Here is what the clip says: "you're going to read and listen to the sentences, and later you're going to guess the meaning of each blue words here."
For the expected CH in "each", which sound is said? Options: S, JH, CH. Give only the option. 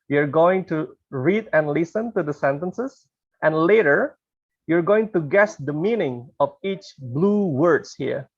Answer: CH